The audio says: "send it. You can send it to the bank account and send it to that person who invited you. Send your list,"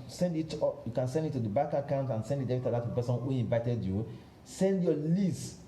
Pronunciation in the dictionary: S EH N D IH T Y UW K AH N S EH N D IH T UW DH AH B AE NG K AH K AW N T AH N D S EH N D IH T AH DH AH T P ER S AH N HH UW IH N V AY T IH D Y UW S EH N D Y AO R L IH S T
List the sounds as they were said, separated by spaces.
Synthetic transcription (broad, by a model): S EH N D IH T Y UW K AH N S EH N D IH T UW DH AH B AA K AH K AW N T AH N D S EH N D IH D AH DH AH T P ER S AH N HH UW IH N V AY T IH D Y UW S EH N D Y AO L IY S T